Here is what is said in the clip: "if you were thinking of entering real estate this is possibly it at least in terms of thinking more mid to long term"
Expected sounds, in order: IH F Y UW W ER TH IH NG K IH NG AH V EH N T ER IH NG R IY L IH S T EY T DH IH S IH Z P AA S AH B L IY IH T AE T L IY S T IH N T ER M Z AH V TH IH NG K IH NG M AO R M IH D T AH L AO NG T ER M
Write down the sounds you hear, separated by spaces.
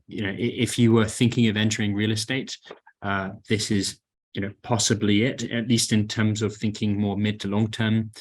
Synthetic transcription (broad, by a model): IH F Y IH W ER TH IH NG K IH NG AH V EH N T ER IH NG R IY L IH S T EY T DH IH S IH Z P AA S AH B L IY IH T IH T L IY S T IH N T ER M Z AH V TH IH NG K IH NG M AO R M IH D T AH L AO NG T ER M